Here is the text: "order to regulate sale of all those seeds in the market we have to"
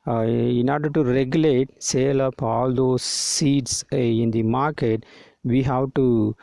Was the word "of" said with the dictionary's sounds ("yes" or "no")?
no